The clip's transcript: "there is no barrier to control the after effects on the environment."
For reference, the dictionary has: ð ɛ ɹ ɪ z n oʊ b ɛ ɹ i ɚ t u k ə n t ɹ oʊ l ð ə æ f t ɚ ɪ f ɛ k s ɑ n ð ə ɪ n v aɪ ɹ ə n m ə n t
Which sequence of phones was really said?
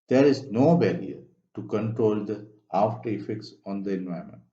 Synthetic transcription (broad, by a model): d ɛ ɹ ɪ z n oʊ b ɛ l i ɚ t u k ə n t ɹ oʊ l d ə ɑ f t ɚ ɪ f ɛ k s ɑ n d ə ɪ n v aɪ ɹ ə m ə n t